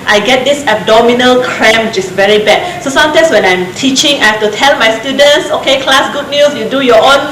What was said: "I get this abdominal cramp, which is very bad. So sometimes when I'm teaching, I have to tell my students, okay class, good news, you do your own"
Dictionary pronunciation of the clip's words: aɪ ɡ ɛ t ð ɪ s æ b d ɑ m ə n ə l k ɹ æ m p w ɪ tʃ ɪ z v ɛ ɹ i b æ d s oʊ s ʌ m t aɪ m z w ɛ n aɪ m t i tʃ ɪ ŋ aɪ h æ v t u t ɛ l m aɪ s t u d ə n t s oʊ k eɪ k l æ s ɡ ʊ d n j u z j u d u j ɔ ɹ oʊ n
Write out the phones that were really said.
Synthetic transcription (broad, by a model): aɪ ɡ ɛ t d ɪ s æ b d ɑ m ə n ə l k ɹ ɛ m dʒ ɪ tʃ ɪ s v ɛ ɹ i b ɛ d s oʊ s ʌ m t aɪ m s w ɛ n aɪ m t i tʃ ɪ ŋ aɪ h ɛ f t u t ɛ l m aɪ s t u d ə n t s oʊ k eɪ k l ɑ s ɡ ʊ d n j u s j u d u j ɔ oʊ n